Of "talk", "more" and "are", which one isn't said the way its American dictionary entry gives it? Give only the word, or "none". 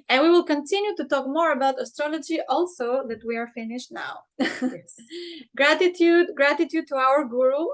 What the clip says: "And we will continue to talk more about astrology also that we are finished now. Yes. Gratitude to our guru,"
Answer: none